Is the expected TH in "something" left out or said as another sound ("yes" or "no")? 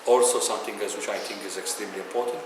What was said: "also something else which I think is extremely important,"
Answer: yes